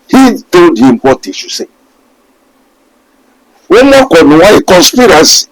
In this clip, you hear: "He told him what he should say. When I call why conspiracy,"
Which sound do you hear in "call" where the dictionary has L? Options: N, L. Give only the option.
N